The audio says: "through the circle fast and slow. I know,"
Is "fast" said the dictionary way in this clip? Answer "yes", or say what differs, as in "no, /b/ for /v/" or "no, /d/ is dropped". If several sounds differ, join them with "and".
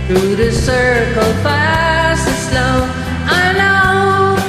no, /t/ is dropped